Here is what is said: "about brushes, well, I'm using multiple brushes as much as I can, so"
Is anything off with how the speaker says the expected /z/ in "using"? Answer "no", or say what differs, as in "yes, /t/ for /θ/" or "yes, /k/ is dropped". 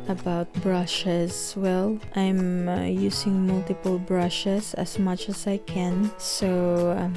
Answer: yes, /s/ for /z/